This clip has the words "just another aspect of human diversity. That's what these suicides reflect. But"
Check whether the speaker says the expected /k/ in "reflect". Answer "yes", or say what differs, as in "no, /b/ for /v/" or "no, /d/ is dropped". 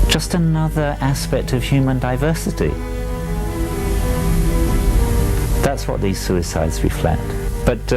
no, /k/ is dropped